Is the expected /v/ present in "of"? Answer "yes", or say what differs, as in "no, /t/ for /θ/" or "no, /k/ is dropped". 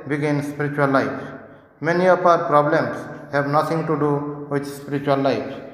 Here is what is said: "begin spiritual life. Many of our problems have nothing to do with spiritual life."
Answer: no, /p/ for /v/